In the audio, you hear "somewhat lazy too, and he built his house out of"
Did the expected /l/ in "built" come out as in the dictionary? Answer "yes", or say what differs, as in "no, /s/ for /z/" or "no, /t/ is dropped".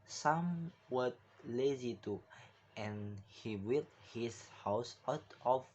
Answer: no, /l/ is dropped